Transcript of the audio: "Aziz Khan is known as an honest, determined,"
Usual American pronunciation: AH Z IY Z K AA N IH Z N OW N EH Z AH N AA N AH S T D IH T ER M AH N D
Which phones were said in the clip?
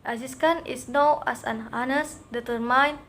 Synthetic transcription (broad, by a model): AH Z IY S K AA N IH S N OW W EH S AH N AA N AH S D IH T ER M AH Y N